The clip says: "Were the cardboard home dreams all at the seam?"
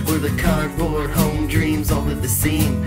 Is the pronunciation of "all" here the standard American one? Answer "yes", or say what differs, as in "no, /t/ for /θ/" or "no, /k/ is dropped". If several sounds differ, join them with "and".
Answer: no, /n/ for /l/